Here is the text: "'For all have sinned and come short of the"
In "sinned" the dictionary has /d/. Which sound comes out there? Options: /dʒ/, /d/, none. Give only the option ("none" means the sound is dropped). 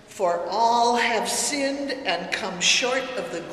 /d/